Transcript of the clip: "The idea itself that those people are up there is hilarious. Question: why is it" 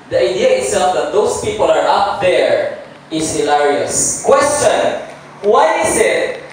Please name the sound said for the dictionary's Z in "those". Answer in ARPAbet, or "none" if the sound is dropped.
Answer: S